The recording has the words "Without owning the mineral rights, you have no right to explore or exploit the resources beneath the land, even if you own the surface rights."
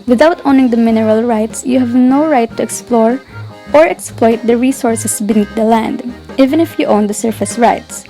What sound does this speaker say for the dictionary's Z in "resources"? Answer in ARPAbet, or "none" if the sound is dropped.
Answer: S